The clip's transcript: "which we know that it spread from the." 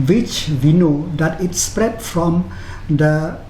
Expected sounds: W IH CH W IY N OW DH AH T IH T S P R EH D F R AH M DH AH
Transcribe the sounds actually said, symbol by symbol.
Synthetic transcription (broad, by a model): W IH CH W IY N OW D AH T IH T S P R EH D F R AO M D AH